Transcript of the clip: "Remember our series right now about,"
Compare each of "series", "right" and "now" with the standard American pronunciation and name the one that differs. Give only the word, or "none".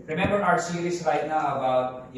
series